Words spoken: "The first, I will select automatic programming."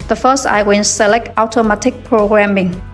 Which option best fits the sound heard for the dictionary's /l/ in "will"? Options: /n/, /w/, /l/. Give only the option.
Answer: /n/